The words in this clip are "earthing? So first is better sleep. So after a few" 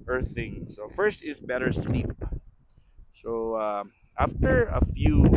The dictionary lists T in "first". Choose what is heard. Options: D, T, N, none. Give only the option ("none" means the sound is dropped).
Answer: T